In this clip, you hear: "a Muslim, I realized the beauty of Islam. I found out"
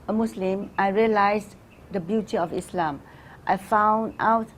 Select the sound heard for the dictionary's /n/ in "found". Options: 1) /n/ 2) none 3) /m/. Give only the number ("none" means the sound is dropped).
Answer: 1